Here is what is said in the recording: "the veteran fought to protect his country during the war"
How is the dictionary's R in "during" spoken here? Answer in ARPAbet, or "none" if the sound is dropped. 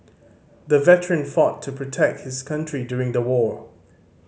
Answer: R